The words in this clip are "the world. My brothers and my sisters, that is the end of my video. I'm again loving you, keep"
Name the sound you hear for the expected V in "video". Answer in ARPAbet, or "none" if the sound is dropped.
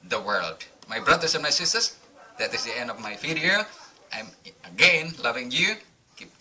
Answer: F